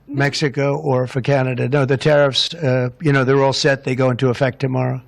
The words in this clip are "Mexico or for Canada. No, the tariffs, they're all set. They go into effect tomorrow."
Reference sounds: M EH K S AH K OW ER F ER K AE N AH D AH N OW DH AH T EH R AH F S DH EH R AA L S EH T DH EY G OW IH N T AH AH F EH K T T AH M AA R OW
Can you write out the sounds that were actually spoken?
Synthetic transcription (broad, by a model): M EH K S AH K OW ER F ER K AE N AH D AH N OW DH AH T EH R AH F S DH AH R AA L S EH T DH EY G OW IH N T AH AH F EH K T T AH M AA R OW